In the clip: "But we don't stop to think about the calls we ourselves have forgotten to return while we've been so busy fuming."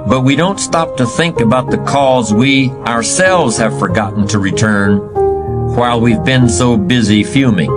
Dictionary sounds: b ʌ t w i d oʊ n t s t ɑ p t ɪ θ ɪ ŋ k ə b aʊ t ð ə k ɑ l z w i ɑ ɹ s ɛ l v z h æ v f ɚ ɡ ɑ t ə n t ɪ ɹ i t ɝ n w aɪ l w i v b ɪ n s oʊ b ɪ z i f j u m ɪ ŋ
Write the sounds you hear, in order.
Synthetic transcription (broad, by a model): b ʌ t w i d oʊ n t s t ɑ p t ɪ θ ɪ ŋ k ə b aʊ t ð ə k ɑ z w i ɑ ɹ s ɛ l v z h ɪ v f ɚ ɡ ɑ t n t ɪ ɹ i t ɝ n w aɪ l w i v b ɪ n s oʊ b ɪ z i f j u m ɪ ŋ